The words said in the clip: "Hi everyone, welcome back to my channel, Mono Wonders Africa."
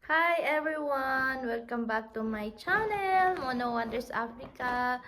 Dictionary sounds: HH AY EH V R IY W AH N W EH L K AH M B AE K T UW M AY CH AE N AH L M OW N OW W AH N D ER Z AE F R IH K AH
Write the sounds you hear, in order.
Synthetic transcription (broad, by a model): HH AY EH V R IY W AH N W EH L K AH M B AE K T UW M AY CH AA N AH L M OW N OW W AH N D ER S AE F R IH K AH